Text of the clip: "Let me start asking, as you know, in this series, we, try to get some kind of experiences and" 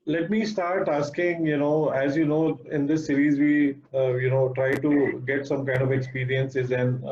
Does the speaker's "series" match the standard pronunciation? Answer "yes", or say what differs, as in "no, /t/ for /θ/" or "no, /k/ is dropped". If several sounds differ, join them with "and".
yes